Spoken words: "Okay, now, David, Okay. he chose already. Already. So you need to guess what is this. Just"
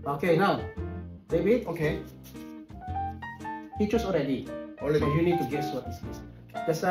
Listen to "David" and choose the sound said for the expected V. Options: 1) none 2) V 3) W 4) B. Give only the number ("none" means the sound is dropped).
4